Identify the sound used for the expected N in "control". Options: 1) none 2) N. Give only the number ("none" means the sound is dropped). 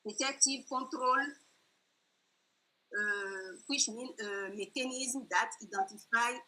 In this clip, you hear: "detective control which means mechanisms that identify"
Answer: 1